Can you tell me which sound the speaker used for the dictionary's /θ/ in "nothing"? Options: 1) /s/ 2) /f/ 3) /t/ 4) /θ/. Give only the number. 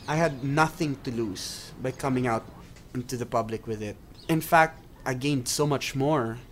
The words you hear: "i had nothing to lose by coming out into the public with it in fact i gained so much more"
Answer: 4